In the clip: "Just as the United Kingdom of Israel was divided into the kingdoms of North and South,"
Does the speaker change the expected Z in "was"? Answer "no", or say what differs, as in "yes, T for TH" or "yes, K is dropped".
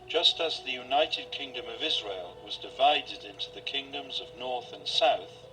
no